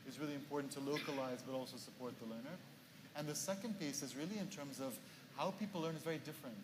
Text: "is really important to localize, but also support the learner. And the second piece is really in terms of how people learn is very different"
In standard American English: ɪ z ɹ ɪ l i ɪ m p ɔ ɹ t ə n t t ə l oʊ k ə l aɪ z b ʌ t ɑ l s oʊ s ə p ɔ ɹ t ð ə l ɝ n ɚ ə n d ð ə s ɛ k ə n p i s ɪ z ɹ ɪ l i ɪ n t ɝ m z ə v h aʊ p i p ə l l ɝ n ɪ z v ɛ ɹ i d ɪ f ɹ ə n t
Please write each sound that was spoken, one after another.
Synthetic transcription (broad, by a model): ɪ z ɹ ɪ l i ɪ m p ɔ ɹ t n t t ə l oʊ k ə l aɪ z b ʌ t ɑ l s oʊ s ə p ɔ ɹ t ð ə l ɝ n ɚ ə n ð ə s ɛ k ə n p i s ɪ z ɹ ɪ l i ɪ n t ɝ m z ə v h aʊ p i p l l ɝ n ɪ z v ɛ ɹ i d ɪ f ɹ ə n t